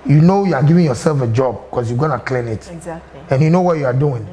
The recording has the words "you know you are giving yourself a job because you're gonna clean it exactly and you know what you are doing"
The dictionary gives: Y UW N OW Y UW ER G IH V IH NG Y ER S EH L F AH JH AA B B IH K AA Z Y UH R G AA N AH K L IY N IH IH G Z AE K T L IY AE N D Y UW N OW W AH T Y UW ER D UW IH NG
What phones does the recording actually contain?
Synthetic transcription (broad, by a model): Y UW N OW Y UW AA G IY V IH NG Y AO S EH L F AH JH AA B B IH K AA S Y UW G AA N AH K L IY N IH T IY N Y UW N OW W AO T Y UW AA D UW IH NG